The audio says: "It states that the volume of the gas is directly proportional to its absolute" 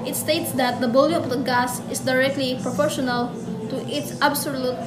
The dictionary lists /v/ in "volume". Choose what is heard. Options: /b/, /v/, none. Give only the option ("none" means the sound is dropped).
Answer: /b/